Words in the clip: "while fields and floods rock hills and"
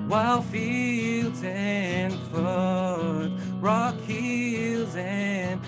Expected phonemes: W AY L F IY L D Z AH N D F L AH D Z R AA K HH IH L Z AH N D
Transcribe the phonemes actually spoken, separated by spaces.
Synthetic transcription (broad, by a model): W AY L F IY L D Z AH N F AH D R AA K HH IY L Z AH N